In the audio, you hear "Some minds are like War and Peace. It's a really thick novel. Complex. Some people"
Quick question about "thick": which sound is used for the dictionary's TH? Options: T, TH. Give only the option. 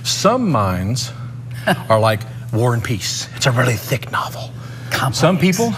TH